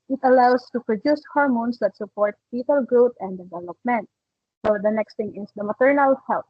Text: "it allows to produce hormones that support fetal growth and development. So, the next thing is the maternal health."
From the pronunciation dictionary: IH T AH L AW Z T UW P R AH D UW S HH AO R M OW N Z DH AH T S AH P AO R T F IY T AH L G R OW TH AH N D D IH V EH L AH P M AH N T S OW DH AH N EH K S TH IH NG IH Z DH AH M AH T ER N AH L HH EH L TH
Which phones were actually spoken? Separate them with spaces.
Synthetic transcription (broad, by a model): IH T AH L AW S T UW P R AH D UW S HH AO R M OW N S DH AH T S AH P AO R T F IY T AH L G R OW T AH N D D IH V EH L AH P M AH N T S OW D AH N EH K S T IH NG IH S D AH M AH T ER N AH L HH EH L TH